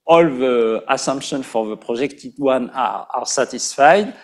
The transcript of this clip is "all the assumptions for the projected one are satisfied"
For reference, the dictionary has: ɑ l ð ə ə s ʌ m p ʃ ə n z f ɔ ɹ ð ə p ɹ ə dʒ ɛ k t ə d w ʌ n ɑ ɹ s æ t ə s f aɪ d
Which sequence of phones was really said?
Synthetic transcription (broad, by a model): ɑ l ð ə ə s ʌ m p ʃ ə n f ɔ ɹ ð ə p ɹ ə ʒ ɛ k t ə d w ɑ n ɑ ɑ s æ t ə s f aɪ d